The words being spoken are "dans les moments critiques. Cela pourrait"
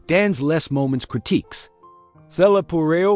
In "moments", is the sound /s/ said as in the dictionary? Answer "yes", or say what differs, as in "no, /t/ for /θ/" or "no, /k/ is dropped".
yes